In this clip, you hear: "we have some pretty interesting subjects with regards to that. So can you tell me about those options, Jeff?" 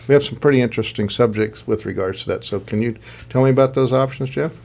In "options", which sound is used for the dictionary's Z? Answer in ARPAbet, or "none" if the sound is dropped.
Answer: Z